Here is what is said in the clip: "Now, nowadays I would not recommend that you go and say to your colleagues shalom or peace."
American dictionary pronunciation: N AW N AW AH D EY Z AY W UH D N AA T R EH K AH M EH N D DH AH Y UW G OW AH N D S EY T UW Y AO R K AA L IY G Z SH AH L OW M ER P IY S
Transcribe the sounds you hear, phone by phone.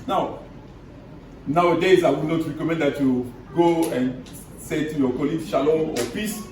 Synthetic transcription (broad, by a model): N AW N AW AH D EY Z AY W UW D N AA T R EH K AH M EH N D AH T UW G OW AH N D S EY T UW Y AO K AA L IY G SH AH L OW AO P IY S